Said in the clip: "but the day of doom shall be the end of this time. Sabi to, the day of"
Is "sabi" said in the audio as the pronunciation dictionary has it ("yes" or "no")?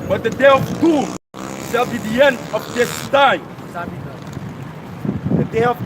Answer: no